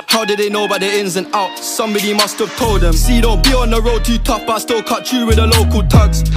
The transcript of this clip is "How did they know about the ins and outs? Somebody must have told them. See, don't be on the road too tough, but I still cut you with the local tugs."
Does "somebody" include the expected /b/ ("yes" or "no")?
yes